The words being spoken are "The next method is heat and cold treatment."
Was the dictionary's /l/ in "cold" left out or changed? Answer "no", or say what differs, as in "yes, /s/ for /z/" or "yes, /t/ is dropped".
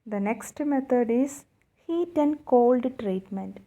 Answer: no